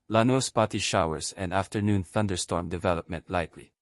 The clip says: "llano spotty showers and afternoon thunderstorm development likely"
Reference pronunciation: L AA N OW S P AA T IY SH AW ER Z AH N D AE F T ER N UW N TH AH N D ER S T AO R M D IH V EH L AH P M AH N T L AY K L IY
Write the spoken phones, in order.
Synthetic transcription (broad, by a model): L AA N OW S P AA T IY SH AW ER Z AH N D AE F T ER N UW N TH AH N D ER S T AO R M D IH V EH L AH P M AH N T L AY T L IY